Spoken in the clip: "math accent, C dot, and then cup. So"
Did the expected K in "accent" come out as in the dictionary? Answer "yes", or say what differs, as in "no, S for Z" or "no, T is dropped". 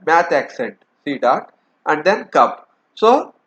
yes